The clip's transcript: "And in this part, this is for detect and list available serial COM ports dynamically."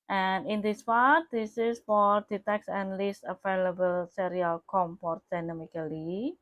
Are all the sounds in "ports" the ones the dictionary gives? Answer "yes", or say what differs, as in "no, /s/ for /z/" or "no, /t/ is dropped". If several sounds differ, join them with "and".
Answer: no, /s/ is dropped